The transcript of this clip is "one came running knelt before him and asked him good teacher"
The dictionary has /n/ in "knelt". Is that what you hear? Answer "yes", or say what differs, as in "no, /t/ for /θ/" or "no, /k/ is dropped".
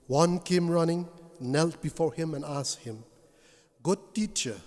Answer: yes